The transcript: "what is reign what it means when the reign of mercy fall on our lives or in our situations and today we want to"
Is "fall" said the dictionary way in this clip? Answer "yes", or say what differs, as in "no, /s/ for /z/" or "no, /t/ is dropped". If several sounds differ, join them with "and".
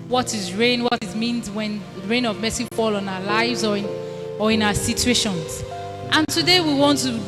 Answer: yes